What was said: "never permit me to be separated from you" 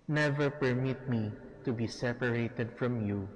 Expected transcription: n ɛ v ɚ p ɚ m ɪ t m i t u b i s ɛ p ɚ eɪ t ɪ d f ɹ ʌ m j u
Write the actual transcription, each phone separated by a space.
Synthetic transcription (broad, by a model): n ɛ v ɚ p ɚ m ɪ t m i t u b i s ɛ p ɚ eɪ t ɪ d f ɹ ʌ m j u